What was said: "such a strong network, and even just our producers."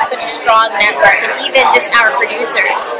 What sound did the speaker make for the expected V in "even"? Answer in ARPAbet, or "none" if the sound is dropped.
V